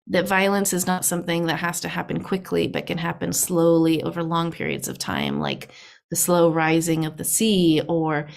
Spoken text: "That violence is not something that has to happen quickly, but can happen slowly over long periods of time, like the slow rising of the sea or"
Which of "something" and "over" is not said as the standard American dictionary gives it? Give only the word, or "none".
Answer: none